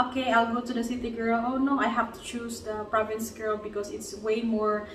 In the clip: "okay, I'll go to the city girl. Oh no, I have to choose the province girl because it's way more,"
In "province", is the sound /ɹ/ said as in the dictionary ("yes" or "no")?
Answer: yes